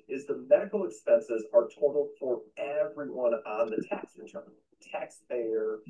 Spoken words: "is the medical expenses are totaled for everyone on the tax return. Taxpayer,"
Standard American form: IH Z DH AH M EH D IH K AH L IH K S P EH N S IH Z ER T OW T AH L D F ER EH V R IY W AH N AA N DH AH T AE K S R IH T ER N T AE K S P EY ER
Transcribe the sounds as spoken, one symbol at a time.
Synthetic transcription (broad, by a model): IH Z DH AH M EH D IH K L IH K S P EH N S IH Z ER T OW T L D F ER EH V R IY W AH N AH N DH AH T AE K S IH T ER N T AE K S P EY ER